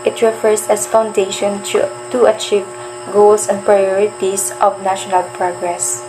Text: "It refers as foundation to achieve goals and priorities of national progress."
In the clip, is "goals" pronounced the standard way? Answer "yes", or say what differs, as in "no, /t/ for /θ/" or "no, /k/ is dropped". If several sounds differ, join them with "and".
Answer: no, /s/ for /z/